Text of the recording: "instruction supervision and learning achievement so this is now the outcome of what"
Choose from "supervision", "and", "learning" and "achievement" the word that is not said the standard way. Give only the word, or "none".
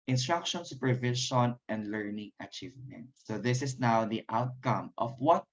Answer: supervision